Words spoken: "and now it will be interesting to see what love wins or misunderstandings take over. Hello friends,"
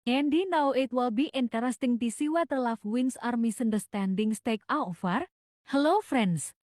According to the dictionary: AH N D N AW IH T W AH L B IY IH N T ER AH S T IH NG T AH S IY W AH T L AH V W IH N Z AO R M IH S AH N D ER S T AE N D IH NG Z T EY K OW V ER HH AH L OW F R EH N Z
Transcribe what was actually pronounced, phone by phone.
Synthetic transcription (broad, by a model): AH N D N AW IH T W AH L B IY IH N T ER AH S T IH NG T AH S IY W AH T L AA F W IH N S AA R M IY S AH N D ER S T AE N D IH NG S T EY K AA F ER HH AH L OW F R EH N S